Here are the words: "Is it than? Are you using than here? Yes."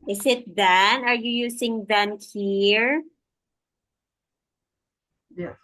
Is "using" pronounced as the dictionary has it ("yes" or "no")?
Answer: no